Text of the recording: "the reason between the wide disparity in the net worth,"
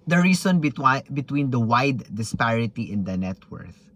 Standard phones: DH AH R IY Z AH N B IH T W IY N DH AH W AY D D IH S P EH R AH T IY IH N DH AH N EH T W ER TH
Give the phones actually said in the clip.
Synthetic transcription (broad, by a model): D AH R IY S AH N B IH T W IY N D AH W AY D D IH S P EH R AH T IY IH N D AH N EH T W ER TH